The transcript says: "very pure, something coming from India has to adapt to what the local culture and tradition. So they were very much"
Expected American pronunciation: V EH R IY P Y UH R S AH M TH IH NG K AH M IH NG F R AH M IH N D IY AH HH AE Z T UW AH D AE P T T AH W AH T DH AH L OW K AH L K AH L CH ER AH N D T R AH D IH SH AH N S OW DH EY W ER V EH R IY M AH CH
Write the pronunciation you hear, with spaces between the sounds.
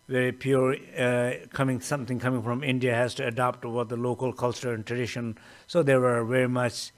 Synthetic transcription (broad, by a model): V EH R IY P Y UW R S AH M T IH NG K AH M IH NG F R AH M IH N D IY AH HH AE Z T UW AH D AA P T T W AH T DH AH L OW K AH L K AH L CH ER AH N T R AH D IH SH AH N S OW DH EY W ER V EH R IY M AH CH